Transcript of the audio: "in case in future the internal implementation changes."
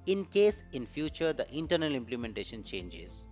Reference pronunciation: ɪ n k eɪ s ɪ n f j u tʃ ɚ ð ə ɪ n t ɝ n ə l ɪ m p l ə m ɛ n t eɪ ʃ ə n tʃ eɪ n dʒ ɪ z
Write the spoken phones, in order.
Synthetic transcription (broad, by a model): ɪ n k eɪ s ɪ n f j u tʃ ɚ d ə ɪ n t ɝ n ə l ɪ m p l ə m ɛ n t eɪ ʃ ə n tʃ eɪ n dʒ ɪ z